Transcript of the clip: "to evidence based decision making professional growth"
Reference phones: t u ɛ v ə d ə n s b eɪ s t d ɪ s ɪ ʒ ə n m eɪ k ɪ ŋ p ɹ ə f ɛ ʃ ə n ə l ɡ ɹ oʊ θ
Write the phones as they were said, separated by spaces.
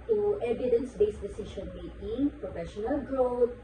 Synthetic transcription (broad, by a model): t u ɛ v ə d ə n s b eɪ s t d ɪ s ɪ ʃ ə n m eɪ ɪ p ɹ ə f ɛ ʃ ə n ə l ɡ ɹ oʊ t